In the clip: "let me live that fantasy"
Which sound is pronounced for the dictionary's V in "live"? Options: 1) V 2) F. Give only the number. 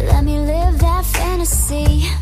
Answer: 1